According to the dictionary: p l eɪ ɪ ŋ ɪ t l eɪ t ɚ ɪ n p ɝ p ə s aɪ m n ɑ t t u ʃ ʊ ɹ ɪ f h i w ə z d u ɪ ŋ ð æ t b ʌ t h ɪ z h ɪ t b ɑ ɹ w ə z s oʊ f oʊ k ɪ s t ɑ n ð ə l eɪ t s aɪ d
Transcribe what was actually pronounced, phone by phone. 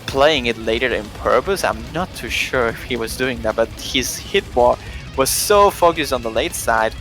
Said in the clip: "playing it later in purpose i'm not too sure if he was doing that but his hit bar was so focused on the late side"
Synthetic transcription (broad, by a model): p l eɪ ɪ ŋ ɪ t l eɪ t ɚ ɪ n p ɝ p ə s aɪ m n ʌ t t u ʃ ʊ ɹ ɪ f h i w ə z d u ɪ ŋ ð æ t b ʌ t h ɪ z h ɪ t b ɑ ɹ w ə z s oʊ f oʊ k ɪ s t n ð ə l eɪ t s aɪ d